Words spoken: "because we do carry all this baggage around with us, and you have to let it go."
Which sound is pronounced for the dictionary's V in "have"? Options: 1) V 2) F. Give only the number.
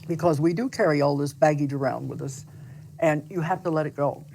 2